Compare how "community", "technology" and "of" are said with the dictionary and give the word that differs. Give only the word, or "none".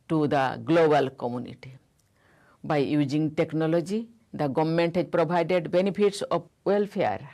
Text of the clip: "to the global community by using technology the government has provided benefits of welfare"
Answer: of